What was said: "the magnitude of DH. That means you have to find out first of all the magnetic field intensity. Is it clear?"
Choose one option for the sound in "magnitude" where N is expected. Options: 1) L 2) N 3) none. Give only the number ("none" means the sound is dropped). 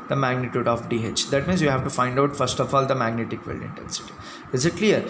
2